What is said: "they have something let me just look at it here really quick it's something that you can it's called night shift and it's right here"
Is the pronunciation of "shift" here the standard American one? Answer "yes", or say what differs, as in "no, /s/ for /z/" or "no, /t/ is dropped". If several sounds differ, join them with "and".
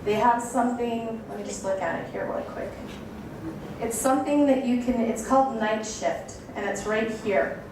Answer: yes